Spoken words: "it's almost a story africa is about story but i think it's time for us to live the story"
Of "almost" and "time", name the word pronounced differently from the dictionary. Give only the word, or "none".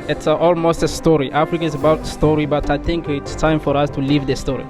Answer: none